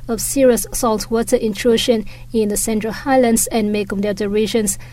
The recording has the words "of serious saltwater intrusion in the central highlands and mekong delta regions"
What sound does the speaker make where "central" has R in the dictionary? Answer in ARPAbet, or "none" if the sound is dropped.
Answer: R